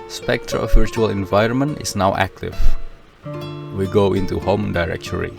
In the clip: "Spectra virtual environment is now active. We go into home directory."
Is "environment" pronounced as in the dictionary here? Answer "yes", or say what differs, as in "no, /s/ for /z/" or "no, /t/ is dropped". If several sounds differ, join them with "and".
yes